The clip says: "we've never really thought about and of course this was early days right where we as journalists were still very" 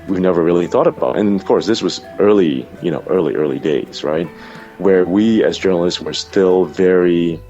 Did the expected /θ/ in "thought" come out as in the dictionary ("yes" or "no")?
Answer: yes